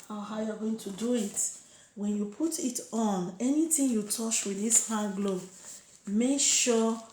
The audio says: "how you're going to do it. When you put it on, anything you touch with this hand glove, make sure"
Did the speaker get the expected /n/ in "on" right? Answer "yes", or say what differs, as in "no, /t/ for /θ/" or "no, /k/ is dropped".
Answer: yes